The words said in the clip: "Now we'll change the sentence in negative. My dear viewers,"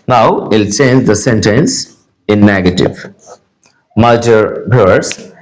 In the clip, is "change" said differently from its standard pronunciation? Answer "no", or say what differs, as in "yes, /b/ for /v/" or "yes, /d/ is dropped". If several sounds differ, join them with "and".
no